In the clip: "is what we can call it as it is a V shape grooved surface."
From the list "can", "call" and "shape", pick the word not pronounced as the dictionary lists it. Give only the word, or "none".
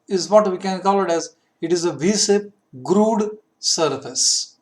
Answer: shape